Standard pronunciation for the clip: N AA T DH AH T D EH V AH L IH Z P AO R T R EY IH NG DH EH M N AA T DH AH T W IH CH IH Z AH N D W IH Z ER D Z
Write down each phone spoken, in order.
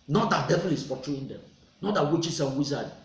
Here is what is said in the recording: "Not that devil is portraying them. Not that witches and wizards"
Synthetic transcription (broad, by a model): N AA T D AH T D EH V AH L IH S P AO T R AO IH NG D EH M N AA T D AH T W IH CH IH S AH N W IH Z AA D